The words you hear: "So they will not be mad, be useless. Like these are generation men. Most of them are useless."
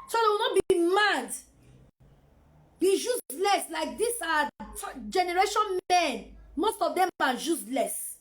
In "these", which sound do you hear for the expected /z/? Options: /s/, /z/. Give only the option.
/s/